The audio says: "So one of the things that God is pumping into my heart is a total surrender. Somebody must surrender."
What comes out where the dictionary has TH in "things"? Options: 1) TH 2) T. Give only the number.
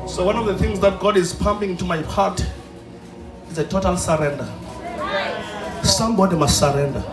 1